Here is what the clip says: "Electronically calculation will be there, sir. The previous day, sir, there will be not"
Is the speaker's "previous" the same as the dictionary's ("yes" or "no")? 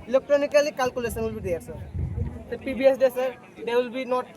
no